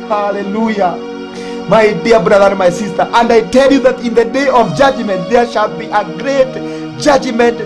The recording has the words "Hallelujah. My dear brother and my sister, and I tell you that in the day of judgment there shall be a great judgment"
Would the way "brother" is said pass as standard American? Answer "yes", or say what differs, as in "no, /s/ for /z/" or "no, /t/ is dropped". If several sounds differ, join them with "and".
yes